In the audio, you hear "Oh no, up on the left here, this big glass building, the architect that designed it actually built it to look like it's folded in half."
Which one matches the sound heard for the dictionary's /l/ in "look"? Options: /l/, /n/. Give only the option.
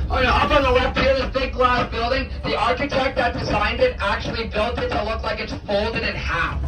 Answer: /l/